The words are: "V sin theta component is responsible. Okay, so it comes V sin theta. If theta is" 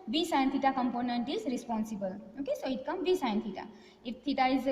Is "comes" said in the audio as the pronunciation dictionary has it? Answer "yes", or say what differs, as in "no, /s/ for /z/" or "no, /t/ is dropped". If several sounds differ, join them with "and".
no, /z/ is dropped